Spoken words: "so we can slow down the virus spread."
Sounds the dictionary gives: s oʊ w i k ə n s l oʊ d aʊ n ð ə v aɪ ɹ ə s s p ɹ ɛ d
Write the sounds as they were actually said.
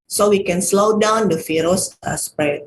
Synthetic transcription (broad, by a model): s oʊ w i k ə n s l oʊ d aʊ n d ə f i ɹ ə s s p ɹ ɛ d